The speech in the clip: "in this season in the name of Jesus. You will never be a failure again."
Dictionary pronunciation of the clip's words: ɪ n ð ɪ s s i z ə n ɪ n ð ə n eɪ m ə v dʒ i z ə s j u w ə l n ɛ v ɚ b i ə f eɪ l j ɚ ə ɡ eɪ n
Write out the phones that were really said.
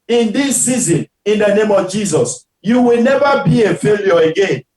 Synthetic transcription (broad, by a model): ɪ n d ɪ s s i z ə n ɪ n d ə n eɪ m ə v dʒ i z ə s j u w ə l n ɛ v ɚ b i ə f eɪ l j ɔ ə ɡ eɪ n